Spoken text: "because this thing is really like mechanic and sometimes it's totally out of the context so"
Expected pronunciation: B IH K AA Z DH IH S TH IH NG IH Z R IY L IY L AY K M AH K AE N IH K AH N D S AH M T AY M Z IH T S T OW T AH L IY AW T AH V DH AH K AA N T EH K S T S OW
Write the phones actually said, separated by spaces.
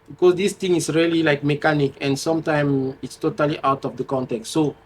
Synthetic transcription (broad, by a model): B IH K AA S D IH S T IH NG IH S R IY L IY L AY K M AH K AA N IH K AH N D S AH M T AY M IH T S T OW T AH L IY AW T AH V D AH K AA N T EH K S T S OW